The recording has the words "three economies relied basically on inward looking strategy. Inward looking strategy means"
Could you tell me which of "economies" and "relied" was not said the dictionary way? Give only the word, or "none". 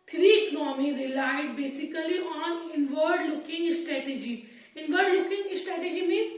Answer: economies